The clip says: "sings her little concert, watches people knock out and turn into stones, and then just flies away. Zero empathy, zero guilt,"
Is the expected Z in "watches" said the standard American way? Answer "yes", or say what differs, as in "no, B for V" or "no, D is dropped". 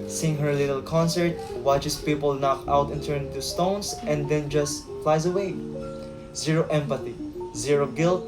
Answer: no, S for Z